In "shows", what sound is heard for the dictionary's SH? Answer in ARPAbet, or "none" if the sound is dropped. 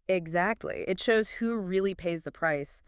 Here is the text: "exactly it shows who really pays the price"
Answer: SH